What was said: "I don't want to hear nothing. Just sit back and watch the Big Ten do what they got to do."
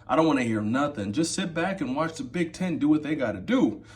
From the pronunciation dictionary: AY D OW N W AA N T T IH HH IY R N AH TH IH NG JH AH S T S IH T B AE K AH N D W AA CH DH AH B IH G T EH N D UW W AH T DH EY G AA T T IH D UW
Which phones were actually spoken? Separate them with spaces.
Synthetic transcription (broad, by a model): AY D OW N W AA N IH HH IY R N AH TH IH NG JH AH S T S IH T B AE K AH N W AA CH DH AH B IH G T EH N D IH W AH T DH EY G AA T T IH D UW